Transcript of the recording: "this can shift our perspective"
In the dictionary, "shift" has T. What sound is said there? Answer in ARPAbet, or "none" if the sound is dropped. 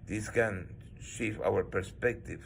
none